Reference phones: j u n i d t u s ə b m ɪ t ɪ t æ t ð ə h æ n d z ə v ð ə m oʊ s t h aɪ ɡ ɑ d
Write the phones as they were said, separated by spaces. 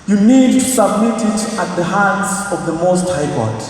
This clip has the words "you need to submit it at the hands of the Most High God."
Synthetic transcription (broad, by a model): j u n i d t u s ə b m ɪ t ɪ t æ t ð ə h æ n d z ə v ð ə m oʊ s t h aɪ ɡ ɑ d